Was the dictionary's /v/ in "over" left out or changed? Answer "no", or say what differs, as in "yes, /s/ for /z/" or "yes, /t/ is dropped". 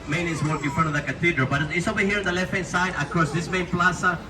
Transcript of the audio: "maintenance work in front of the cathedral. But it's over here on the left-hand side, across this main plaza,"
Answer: yes, /b/ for /v/